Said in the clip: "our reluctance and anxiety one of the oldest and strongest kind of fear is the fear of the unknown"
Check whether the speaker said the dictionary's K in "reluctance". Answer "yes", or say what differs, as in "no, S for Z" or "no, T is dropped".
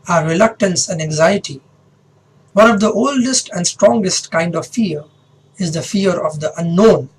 yes